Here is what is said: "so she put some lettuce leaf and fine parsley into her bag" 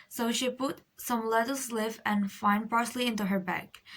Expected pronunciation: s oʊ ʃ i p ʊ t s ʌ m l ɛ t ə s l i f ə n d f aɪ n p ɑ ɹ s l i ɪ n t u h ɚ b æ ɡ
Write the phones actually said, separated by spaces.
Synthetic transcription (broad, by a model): s oʊ ʃ i p ʊ t s ʌ m l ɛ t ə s l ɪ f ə n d f aɪ n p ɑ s l i ɪ n t u h ɚ b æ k